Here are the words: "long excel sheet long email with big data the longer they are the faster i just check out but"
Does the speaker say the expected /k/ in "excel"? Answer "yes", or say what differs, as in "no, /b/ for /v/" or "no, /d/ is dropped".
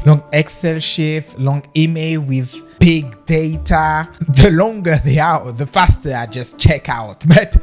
yes